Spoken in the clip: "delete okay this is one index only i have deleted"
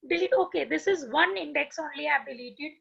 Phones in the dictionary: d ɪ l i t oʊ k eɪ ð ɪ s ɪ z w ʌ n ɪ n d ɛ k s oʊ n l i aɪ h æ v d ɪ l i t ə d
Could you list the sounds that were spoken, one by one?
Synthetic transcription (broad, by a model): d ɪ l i oʊ k eɪ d ɪ s ɪ z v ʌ n ɪ n d ɛ k s oʊ n l i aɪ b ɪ l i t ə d